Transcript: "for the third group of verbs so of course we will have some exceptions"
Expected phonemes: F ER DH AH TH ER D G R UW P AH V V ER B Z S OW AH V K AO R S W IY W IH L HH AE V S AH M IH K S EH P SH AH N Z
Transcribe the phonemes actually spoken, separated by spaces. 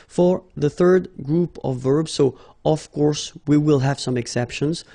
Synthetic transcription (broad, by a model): F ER DH AH TH ER D G R UW P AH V V ER B Z S OW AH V K AO R S W IY W IH L HH AE V S AH M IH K S EH P SH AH N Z